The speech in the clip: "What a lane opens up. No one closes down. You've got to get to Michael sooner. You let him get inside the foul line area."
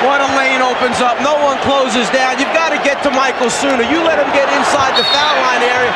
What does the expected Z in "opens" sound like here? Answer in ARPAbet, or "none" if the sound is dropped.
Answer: Z